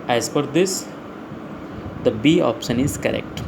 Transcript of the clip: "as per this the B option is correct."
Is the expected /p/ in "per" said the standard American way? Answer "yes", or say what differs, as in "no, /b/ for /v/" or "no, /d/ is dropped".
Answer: no, /f/ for /p/